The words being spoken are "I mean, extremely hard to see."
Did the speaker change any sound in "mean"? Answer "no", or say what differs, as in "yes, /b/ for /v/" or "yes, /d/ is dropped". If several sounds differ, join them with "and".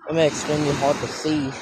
yes, /n/ is dropped